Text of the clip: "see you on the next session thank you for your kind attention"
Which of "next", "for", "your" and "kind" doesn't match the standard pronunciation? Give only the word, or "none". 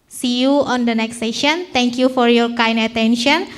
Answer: kind